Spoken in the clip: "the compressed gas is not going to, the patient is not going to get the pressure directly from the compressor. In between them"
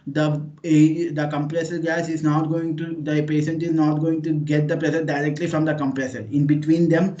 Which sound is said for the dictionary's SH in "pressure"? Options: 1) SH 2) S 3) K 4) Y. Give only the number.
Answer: 2